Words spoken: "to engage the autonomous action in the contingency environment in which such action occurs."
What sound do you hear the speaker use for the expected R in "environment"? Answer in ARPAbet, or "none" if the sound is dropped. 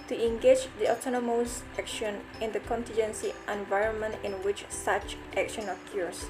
R